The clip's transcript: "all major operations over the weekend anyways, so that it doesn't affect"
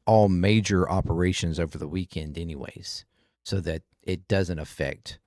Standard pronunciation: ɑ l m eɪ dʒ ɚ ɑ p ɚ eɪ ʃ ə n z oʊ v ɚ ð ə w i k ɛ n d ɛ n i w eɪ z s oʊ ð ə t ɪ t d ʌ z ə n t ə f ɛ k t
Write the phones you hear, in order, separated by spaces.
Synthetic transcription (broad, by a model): ɑ l m eɪ dʒ ɚ ɑ p ɚ eɪ ʃ ə n z oʊ v ɚ ð ə w i k ɛ n d ɛ n i w eɪ z s oʊ ð ə t ɪ t d ʌ z ə n t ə f ɛ k t